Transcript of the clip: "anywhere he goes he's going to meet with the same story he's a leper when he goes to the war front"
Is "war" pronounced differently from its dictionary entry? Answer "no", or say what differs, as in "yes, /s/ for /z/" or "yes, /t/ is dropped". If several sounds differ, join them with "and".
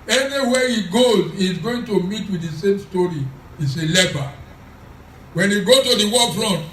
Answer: yes, /l/ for /ɹ/